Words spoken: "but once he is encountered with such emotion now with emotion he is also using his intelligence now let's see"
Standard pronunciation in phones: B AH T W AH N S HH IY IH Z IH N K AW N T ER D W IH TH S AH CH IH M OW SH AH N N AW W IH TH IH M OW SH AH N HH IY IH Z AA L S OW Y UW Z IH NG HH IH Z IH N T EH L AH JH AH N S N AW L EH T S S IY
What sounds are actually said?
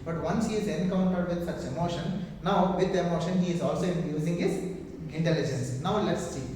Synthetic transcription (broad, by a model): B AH T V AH N S HH IY IH Z IH N K AW N T ER D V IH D S AH CH IH M OW SH AH N N AW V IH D IH M OW SH AH N HH IY IH Z AA L S OW Y UW Z IH NG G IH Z IH N T EH L AH JH AH N S N AW L EH T S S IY